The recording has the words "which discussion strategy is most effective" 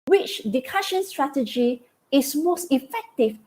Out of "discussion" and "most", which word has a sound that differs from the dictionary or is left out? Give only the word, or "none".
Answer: discussion